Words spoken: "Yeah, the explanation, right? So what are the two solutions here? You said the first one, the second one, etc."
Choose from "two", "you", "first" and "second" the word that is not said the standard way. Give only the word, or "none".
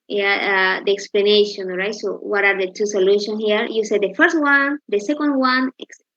none